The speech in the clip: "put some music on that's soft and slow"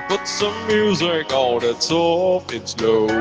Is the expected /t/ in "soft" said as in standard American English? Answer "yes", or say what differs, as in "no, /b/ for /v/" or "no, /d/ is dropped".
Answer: no, /t/ is dropped